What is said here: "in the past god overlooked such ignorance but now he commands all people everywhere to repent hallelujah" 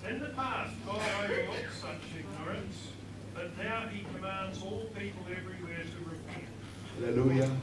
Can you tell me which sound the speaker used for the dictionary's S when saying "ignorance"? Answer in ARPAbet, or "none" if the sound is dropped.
S